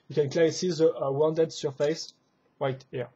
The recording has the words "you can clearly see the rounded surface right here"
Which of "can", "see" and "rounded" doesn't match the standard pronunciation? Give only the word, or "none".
rounded